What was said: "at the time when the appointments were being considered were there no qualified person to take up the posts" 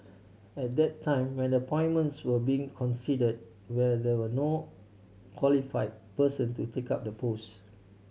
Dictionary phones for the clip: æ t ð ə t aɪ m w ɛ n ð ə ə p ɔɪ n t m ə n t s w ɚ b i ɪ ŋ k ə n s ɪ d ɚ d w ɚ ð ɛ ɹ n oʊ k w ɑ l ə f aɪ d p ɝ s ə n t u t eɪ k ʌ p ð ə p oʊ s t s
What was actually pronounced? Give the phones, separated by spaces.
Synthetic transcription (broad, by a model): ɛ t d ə t aɪ m w ɛ n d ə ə p ɔɪ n m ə n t s w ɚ b i ɪ ŋ k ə n s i d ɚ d w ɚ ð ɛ w n oʊ k w ɑ l ə f aɪ d p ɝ s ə n t u t eɪ k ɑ p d ə p oʊ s s